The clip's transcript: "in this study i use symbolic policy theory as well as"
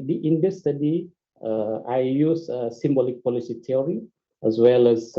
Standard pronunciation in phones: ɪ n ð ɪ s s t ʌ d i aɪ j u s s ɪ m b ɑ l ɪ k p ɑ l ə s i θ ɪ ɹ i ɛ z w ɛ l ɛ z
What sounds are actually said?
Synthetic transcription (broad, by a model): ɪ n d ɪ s s t ʌ d i aɪ j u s s ɪ m b ɑ l ɪ k p ɑ l ə s i t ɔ ɹ i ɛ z w ɛ l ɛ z